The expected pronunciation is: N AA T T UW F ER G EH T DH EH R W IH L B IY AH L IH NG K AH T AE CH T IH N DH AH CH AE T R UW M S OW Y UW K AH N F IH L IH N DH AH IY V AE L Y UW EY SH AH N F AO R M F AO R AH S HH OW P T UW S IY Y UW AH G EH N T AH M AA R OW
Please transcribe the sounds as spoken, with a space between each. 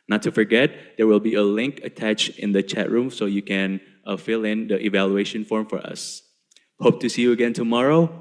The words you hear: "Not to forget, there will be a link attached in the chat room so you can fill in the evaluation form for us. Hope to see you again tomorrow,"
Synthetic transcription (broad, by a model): N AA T T UW F ER G EH T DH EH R W IH L B IY AH L IH NG K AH T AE CH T IH N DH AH CH AE T R UW M S OW Y UW K AH N F IH L IH N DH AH IY V AE L Y UW EY SH AH N F AO R M F AO R AH S HH OW P T UW S IY Y UW AH G EH N T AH M AA R OW